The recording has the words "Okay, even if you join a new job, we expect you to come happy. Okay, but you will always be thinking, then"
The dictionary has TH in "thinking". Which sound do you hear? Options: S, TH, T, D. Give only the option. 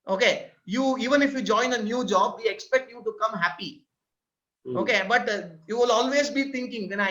T